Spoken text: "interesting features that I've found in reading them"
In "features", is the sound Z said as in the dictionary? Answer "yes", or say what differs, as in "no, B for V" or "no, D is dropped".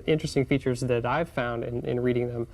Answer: yes